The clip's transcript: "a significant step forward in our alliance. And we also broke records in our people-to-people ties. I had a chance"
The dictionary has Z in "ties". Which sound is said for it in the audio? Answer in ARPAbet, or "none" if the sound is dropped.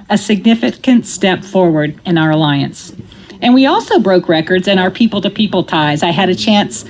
Z